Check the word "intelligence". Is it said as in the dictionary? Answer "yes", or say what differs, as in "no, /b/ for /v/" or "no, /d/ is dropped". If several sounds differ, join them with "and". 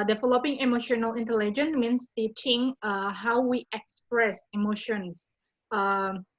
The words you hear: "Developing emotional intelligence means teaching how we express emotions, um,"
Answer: no, /s/ is dropped